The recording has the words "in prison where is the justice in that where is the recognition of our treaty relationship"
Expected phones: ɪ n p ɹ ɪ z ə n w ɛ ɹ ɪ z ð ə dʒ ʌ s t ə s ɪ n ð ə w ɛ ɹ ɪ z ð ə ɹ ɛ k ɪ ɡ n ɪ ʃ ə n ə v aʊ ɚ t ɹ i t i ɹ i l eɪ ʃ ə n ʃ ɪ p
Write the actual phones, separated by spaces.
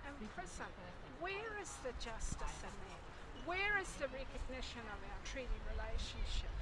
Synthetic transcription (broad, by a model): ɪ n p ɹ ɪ s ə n w ɛ ɹ ɪ z ð ə dʒ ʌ s t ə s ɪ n ð ə w ɛ ɹ ɪ z ð ə ɹ ɛ k ɪ ɡ n ɪ ʃ ə n ə v aʊ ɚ t ɹ i t i ɹ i l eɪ ʃ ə n ʃ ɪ p